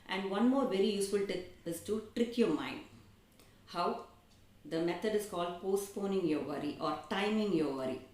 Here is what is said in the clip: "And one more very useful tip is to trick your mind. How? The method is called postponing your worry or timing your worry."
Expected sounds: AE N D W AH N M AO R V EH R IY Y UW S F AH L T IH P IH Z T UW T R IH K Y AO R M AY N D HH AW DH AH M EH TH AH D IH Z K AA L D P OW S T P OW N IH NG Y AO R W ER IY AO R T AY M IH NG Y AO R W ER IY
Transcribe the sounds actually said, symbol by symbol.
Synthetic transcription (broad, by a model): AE N D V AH N M AO R V EH R IY Y UW S F AH L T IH IH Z T UW T R IH K Y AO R M AY N D HH AW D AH M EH T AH D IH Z K AA L D P OW S T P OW N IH NG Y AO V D IY AO R T AY M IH NG Y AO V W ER IY